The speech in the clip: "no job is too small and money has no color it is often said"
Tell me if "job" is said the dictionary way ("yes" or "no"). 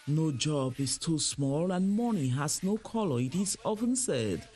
yes